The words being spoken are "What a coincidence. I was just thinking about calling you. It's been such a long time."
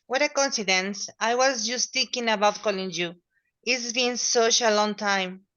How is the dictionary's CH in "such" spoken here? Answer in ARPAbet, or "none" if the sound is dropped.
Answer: SH